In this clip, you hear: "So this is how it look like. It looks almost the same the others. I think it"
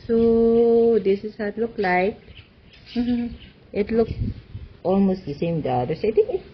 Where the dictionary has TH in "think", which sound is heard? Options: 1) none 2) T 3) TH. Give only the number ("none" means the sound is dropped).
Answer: 2